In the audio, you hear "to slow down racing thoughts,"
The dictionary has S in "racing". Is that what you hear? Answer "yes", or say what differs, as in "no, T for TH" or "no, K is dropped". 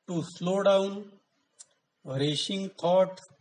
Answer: no, SH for S